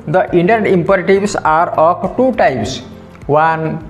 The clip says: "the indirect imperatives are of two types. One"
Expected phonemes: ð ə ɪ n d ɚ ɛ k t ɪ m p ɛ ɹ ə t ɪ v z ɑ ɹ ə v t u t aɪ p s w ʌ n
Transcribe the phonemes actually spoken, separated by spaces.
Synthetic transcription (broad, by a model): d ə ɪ n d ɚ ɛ t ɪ m p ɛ ɹ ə t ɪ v s ɑ ɹ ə p t u t aɪ p s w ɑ n